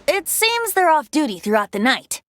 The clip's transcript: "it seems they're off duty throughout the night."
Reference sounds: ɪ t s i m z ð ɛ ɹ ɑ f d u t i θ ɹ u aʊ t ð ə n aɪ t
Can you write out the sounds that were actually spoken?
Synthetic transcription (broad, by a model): ɪ t s i m z ð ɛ ɹ ɑ f d u t i θ ɹ u aʊ t ð ə n aɪ t